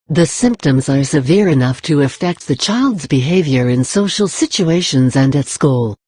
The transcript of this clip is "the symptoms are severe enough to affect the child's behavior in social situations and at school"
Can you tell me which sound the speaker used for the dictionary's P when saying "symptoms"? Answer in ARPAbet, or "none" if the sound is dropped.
P